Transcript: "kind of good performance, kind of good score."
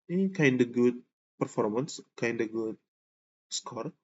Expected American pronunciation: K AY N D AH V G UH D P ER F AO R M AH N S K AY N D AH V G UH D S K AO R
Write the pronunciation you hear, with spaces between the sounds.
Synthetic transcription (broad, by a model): K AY N D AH G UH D P ER F AO R M AH N S K AY N D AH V G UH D S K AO R